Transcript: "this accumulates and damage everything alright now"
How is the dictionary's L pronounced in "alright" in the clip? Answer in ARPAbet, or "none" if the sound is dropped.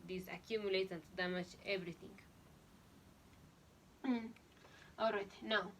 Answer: L